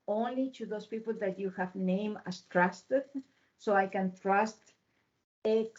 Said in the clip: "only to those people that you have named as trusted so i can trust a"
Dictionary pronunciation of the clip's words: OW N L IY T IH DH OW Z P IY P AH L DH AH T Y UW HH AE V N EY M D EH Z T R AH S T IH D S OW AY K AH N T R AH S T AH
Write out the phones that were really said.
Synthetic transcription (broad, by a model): OW N L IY T IH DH OW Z P IY P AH L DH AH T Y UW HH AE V N EY M AA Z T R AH S T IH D S OW AY K AH N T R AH S T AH